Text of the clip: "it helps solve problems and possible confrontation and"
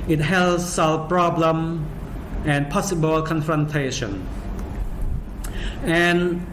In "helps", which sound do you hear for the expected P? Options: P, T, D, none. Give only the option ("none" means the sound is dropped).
none